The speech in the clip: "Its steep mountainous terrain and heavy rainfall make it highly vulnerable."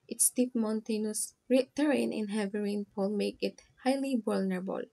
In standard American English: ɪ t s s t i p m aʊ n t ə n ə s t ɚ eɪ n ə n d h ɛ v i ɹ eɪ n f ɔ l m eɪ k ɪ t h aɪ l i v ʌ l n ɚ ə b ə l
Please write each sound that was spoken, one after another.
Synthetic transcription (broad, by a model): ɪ t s s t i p m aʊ n t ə n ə s t ɚ eɪ n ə n h ɛ v i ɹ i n p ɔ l m eɪ k ɪ t h aɪ l i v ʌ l n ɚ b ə l